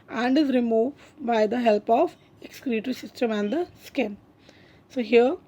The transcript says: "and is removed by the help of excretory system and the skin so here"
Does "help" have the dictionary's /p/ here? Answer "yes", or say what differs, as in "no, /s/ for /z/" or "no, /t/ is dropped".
yes